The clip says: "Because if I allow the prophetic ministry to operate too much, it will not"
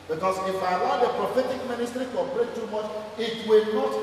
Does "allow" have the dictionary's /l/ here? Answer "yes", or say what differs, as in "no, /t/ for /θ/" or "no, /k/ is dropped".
no, /n/ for /l/